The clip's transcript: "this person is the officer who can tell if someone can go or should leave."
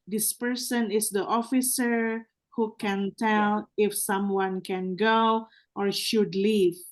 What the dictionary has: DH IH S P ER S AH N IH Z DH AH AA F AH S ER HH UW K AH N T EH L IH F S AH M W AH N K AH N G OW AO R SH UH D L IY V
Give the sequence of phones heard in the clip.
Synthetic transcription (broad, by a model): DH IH S P ER S AH N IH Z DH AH AA F AH S ER HH UW K AH N T EH L IH F S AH M W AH N K AH N G OW AO R SH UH D L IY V